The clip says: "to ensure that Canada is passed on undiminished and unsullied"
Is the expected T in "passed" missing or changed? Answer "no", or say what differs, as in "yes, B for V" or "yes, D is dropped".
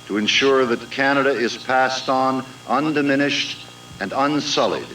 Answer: no